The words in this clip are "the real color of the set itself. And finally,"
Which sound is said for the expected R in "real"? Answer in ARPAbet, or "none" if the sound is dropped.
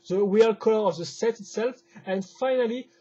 W